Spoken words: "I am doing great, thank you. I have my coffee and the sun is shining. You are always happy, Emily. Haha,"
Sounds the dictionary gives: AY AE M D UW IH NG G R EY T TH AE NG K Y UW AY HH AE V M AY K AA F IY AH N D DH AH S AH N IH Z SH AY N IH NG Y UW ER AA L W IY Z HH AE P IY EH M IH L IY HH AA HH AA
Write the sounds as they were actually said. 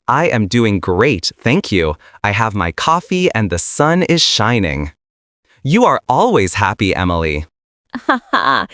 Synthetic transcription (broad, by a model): AY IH M D UW IH NG G R EY T TH AE NG K Y UW AY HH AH V M AY K AA F IY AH N DH AH S AH N IH Z SH AY N IH NG Y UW ER AA L W IY Z HH AE P IY EH M IH L IY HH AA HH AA